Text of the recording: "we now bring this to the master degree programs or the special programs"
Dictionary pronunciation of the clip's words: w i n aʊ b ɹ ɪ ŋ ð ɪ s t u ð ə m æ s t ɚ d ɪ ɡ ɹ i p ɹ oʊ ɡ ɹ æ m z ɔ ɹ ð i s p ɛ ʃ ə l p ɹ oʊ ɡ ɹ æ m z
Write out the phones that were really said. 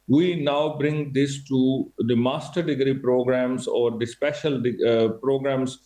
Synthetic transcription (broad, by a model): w i n aʊ b ɹ ɪ ŋ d ɪ s t u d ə m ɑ s t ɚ d ɪ ɡ ɹ i p ɹ oʊ ɡ ɹ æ m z ɔ ɹ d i s p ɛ ʃ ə l p ɹ oʊ ɡ ɹ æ m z